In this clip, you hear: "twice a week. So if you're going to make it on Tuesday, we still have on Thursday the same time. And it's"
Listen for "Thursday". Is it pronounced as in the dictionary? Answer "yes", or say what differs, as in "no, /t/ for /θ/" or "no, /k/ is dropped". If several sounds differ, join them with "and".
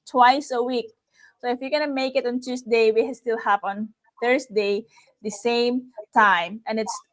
no, /s/ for /z/